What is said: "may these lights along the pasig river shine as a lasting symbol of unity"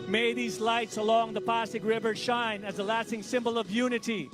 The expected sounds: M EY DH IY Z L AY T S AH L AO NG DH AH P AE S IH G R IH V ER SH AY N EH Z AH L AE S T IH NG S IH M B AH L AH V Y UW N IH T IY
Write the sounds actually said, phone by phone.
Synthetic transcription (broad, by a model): M EY DH IY Z L AY T S AH L AO NG DH AH P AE S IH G R IH V ER SH AY N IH Z AH L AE S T IH NG S IH M B AH L AH V Y UW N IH T IY